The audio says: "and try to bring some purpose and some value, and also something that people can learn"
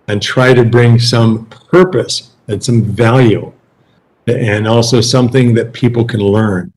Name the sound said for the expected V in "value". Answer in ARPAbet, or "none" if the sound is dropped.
V